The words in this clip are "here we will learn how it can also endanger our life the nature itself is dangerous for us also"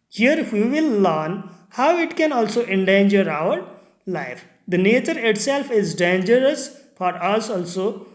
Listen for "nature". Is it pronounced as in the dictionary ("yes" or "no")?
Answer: yes